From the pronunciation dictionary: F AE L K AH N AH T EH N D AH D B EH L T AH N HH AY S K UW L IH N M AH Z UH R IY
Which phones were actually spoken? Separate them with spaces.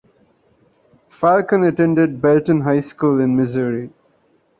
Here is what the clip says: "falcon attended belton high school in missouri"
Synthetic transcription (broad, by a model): F AE L K AH N AH T EH N D AH D B EH L T AH N HH AY S K UW L IH N M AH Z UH R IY